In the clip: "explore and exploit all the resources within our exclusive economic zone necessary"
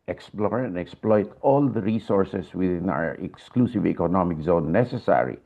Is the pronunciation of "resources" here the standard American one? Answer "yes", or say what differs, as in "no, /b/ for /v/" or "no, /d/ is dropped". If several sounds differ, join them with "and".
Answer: no, /s/ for /z/